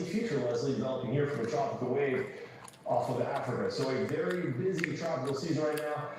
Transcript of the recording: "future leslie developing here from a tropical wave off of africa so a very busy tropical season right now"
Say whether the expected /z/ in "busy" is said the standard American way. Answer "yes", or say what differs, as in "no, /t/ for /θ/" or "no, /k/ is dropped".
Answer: yes